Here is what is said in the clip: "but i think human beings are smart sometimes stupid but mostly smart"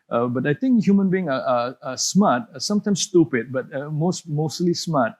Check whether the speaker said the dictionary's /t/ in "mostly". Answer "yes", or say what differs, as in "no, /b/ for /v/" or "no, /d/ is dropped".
no, /s/ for /t/